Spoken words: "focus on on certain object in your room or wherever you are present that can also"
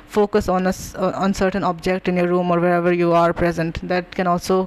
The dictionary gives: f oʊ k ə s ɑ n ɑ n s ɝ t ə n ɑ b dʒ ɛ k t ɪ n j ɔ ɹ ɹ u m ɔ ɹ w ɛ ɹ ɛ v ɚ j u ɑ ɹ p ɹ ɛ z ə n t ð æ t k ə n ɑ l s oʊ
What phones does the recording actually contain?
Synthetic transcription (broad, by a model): f oʊ k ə s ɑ n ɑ n s ɝ t ə n ɑ b dʒ ɛ k t ɪ n j ɔ ɹ ɹ u m ɔ ɹ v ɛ ɹ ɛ v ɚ j u ɑ ɹ p ɹ ɛ z ə n t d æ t k ə n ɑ l s oʊ